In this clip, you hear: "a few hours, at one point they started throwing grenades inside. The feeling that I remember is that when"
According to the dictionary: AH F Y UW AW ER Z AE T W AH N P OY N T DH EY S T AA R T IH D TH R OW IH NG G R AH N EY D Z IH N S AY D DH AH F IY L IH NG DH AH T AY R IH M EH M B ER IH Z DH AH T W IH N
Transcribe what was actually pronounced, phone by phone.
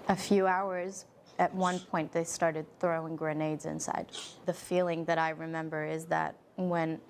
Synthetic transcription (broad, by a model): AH F Y UW AW ER Z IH T W AH N P OY N DH EY S T AA R T IH D TH R OW IH NG G R AH N EY D Z IH N S AY D DH AH F IY L IH NG DH AH T AY R IH M EH M B ER IH Z DH AH T W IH N